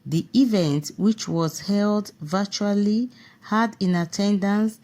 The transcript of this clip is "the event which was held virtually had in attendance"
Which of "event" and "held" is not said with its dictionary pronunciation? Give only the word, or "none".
none